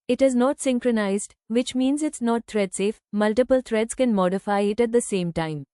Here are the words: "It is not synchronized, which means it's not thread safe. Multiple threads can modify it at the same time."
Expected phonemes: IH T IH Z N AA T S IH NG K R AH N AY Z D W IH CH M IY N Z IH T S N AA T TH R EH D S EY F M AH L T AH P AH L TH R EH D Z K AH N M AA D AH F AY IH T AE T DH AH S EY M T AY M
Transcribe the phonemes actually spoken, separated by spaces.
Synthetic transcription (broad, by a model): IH T IH Z N AA T S IH NG K R AH N AY Z D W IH CH M IY N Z IH T S N AA T T R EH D S EY F M AH L T AH P AH L T R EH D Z K AH N M AA D AH F AY IH T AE T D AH S EY M T AY M